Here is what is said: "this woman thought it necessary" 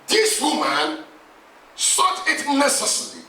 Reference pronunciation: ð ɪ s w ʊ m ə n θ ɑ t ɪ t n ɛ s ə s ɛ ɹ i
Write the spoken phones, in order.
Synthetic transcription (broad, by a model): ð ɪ s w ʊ m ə n s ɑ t ɪ t n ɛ s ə s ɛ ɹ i